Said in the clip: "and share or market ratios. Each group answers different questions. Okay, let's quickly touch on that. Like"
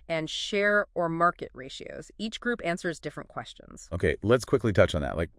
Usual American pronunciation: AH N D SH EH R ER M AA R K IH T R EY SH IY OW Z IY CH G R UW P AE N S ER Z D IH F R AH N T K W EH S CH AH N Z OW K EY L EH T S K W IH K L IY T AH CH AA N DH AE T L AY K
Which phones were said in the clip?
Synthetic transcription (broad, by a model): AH N SH EH R ER M AA R K IH T R EY SH IY OW Z IY CH G R UW P AE N S ER Z D IH F R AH N K W EH S CH AH N Z OW K EY L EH T S K W IH K L IY T AH CH N DH AE T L AY K